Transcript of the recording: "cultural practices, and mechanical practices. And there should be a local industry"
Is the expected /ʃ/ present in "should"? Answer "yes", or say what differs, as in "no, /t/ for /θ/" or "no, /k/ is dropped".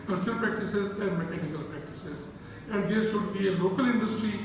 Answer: no, /s/ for /ʃ/